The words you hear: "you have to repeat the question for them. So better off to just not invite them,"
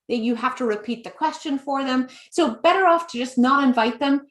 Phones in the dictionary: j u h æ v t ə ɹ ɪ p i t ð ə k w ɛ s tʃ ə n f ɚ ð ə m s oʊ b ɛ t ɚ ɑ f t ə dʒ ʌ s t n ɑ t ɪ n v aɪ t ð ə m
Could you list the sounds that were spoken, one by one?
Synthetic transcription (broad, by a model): j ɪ h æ f t ə ɹ ɪ p i t ð ə k w ɛ s tʃ ə n f ɚ ð ə m s oʊ b ɛ t ɚ ɑ f t ə dʒ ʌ s n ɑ t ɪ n v aɪ t ð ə m